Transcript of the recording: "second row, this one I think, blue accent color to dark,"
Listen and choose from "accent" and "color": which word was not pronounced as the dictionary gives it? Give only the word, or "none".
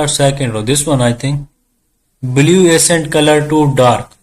accent